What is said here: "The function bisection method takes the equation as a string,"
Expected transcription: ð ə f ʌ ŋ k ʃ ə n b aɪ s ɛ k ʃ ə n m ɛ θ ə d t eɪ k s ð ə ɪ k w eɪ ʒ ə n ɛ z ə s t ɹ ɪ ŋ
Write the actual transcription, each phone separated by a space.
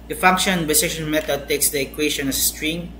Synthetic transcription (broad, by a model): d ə f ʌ ŋ k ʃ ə n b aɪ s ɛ ʃ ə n m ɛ t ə d t eɪ k s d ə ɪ k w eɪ ʃ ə n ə s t ɹ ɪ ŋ